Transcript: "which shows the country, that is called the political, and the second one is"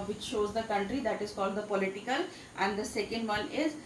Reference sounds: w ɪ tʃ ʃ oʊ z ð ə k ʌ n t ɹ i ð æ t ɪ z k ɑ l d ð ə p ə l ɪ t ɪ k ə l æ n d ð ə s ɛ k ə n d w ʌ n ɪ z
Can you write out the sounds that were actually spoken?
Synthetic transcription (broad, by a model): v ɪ tʃ ʃ oʊ z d ə k ʌ n t ɹ i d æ t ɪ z k ɑ l d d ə p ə l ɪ t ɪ k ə l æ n d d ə s ɛ k ə n d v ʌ n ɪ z